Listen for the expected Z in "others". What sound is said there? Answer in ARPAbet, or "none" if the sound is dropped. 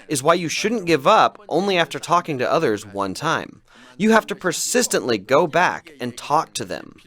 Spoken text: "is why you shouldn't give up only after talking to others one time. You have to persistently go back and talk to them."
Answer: Z